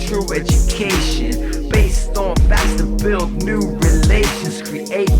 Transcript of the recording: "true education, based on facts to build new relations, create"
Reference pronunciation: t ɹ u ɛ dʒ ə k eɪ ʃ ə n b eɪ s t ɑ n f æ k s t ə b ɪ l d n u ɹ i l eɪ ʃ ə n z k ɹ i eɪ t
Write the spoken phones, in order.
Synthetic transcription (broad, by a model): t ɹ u ɛ dʒ ə k eɪ ʃ ə n b eɪ s t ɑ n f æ s t ə b ɪ l d n u ɹ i l eɪ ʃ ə n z k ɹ i eɪ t